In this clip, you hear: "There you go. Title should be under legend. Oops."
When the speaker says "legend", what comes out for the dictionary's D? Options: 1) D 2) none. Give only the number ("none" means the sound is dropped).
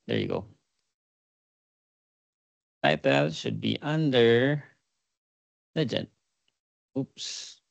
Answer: 2